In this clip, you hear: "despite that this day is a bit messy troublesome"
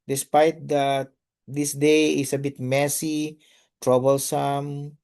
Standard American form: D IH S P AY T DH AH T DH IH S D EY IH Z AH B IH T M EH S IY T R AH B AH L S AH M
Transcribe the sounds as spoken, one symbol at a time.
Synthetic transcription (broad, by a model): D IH S P AY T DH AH T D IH S D EY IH S AH B IH T M EH S IY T R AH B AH L S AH M